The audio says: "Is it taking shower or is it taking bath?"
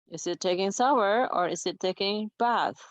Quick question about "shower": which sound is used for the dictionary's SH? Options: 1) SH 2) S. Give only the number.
2